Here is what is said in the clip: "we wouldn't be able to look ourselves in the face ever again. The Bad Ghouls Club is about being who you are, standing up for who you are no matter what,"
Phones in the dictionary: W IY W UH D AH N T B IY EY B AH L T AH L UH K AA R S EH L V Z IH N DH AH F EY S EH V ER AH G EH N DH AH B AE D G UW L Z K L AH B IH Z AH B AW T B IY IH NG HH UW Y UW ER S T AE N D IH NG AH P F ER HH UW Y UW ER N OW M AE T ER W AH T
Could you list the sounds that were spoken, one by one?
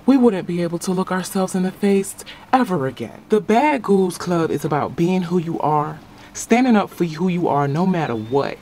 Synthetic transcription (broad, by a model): W IY W UH D N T B IY EY B L T AH L UH K AA R S EH L V Z IH N DH AH F EY S EH V ER AH G EH N DH AH B AE D G UW L Z K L AH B IH Z AH B AW T B IY IH NG HH UW Y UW ER S T AE N D IH NG AH P F ER HH UW Y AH ER N OW M AE T ER W AH T